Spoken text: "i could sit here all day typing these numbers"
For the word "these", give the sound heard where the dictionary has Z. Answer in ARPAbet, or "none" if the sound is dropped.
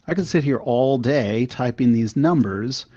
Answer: Z